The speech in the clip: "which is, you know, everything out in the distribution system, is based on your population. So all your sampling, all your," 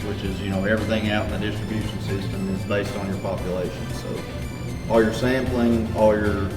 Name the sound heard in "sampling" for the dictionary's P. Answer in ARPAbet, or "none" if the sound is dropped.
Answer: P